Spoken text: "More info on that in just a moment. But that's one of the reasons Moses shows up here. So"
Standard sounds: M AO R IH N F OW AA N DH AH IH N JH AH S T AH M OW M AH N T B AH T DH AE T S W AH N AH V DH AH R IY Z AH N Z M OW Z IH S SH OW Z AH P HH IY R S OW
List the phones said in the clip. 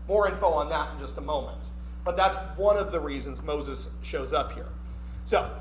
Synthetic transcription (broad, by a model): M AO R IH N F OW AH N DH AH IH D JH AH S T AH M OW M AH N T B AH T DH AE T S W AH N AH V DH AH R IY Z AH N Z M OW Z IH S SH OW Z AH P HH IY R S OW